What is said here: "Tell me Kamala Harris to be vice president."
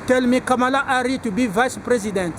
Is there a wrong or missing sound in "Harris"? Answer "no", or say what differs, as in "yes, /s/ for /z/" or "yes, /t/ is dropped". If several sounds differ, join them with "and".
yes, /s/ is dropped